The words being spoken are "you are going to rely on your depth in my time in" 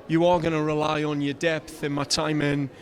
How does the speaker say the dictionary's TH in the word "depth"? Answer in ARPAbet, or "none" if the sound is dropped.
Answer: TH